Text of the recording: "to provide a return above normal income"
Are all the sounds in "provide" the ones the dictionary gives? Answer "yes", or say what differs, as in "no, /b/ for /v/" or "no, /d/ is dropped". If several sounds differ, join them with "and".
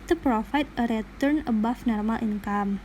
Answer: no, /f/ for /v/